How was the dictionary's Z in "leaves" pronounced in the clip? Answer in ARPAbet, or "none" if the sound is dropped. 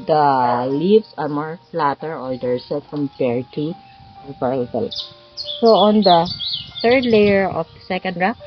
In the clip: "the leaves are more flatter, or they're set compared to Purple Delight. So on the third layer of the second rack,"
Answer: S